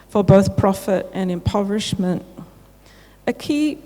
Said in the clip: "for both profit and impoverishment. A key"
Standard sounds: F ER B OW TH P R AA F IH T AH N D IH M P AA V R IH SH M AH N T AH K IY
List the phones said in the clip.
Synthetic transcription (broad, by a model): F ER B OW TH P R AA F IH T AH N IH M P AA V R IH SH M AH N T AH K IY